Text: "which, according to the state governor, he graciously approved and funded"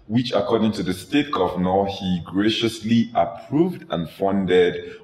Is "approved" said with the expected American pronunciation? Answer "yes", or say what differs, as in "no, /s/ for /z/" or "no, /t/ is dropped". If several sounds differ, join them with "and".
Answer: yes